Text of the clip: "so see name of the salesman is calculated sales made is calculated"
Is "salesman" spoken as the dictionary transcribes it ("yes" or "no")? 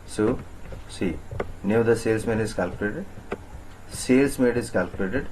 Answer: no